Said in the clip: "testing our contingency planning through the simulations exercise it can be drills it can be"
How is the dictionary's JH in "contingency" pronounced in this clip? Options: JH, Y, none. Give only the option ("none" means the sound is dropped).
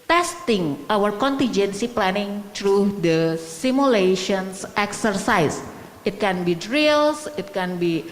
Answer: JH